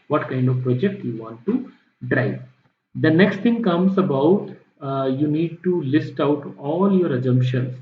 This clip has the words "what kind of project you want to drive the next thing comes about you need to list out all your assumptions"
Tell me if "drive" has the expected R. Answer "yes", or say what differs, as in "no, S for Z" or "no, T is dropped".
yes